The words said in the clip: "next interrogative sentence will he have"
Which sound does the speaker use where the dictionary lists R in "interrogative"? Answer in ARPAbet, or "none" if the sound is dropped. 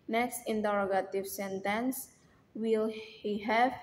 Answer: R